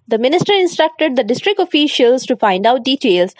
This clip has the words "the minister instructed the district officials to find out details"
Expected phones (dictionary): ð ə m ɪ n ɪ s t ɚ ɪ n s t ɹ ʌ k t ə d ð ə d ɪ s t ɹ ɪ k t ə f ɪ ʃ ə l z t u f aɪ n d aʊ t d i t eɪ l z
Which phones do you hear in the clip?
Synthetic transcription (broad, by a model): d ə m ɪ n ɪ s t ɚ ɪ n s t ɹ ʌ k t ə d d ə d ɪ s t ɹ ɪ k t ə f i ʃ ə l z t u f aɪ n d aʊ t d i t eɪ l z